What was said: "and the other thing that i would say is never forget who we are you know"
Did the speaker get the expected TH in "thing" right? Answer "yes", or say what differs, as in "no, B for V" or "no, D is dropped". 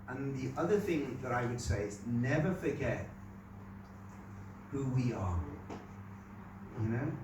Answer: yes